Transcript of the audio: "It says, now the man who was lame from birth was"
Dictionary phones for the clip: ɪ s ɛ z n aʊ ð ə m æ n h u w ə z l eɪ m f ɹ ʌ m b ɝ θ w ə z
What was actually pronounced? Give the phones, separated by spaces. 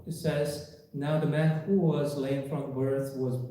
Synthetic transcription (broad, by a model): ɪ s ɛ z n aʊ ð ə m æ n h u w ə z l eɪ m f ɹ ʌ m b ɝ θ w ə z